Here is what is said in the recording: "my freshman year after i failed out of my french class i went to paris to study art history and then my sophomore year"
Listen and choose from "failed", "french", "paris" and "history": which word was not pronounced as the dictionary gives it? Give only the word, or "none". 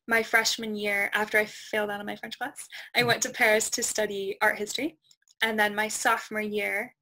none